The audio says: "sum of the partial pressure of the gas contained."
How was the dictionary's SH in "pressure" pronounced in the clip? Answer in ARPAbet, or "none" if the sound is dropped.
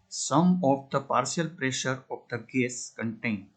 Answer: SH